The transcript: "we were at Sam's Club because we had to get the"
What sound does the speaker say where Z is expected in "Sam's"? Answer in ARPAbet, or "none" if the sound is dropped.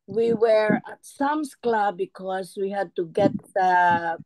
S